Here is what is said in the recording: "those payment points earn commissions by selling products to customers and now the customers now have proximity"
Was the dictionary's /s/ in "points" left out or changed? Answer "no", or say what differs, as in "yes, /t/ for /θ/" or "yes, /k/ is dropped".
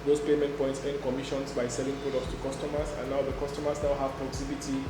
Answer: no